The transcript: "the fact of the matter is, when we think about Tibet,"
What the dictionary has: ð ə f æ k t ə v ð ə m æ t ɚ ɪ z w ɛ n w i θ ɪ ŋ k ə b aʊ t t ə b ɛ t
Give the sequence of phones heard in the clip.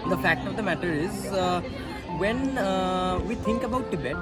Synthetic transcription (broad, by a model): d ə f æ k t ə v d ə m æ t ɚ ɪ z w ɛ n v i t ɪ ŋ k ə b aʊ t t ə b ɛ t